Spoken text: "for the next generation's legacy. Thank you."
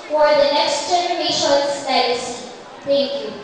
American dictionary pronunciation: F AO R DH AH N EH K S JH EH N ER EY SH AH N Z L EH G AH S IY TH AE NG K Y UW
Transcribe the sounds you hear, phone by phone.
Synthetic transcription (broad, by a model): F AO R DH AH N EH K S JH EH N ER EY SH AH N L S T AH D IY S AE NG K Y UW